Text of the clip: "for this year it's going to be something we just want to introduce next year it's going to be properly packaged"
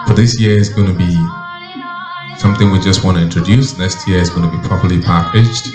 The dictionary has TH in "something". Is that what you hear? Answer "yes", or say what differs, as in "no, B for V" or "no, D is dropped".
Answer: yes